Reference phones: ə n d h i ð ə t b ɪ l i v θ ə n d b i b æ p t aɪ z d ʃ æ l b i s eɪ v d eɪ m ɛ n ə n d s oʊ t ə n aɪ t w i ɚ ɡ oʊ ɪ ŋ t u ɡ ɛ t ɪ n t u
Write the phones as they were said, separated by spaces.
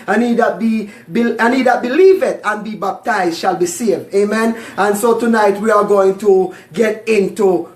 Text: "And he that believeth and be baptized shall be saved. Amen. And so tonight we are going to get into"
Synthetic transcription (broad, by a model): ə n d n i ð ə t b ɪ l i v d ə n b i b æ p t aɪ z d ʃ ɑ l b i s eɪ v d eɪ m ɛ n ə n s oʊ t ə n aɪ t w i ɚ ɡ oʊ ɪ ŋ t u ɡ ɛ t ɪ n t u